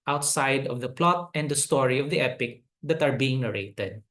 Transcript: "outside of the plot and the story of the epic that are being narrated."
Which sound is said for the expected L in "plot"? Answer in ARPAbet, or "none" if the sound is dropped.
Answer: L